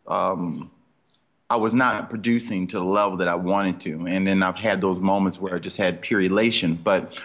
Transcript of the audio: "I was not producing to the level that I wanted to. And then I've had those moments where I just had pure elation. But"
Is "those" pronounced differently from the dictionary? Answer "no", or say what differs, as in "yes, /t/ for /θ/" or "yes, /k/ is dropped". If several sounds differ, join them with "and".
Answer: no